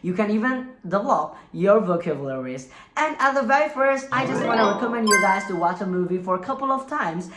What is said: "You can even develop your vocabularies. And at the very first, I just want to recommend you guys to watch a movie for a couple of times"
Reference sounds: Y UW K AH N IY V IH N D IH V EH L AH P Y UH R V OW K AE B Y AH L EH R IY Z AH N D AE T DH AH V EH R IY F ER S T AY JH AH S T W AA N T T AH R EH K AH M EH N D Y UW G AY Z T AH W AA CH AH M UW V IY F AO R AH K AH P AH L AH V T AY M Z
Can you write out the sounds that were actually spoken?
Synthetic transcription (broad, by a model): Y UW K AH N IY V IH N D IH V EH L AH P Y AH R V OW K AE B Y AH L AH R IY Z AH N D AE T DH AH V EH R IY F ER S T AY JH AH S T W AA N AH R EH K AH M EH N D Y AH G AY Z T AH W AA CH AH M UW V IY F AO R AH K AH P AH L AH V T AY M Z